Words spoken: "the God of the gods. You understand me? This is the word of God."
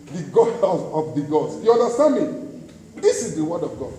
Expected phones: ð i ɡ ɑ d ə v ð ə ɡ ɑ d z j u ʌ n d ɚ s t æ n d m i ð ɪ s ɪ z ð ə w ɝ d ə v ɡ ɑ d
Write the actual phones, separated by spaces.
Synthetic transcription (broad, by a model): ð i ɡ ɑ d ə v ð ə ɡ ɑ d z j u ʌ n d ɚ s t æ n d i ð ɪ s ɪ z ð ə w ɝ d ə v ɡ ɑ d